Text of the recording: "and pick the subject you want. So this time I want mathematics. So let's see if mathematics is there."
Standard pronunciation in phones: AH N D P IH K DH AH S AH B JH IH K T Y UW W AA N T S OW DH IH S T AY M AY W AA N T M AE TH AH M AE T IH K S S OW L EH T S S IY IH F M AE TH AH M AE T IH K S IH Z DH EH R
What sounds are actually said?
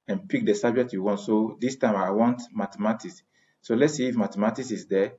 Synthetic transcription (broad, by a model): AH N P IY K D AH S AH B JH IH K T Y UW W AA N T S OW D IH S T AY M AY W AA N T M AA T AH M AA T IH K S S OW L EH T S S IY F M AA T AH M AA T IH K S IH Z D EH